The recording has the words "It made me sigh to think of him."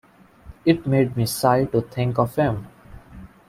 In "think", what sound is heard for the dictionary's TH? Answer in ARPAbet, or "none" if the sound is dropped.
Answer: T